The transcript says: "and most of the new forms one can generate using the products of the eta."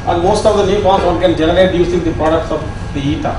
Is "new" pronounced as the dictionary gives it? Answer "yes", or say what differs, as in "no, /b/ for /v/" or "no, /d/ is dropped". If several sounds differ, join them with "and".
no, /l/ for /n/